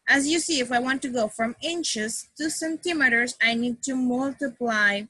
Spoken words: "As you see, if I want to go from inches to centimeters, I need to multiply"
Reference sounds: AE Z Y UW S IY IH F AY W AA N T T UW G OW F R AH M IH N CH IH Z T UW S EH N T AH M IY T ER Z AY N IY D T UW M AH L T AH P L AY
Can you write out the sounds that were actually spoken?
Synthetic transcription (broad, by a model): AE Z Y UW S IY IH F AY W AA N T T UW G OW F R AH M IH N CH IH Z T UW S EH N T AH M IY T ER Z AY N IY D T UW M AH L T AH P L AY